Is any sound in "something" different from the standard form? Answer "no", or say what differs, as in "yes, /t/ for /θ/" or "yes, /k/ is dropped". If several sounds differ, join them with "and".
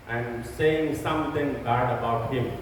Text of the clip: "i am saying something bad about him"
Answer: yes, /t/ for /θ/